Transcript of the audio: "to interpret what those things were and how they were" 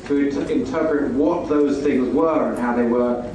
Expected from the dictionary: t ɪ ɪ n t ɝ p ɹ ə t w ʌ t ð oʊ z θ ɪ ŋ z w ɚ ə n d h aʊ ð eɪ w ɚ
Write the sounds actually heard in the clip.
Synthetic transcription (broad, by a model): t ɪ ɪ n t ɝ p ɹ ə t w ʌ t ð oʊ z θ ɪ ŋ z w ɚ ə n h aʊ ð eɪ w ɚ